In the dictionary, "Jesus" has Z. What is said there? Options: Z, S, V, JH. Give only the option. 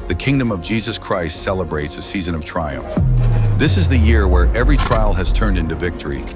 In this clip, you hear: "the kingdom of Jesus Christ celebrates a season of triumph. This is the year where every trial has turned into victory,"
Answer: Z